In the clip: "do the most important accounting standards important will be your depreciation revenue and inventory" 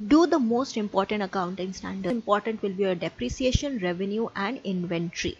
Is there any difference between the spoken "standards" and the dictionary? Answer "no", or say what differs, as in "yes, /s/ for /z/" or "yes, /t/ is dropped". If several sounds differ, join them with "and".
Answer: yes, /z/ is dropped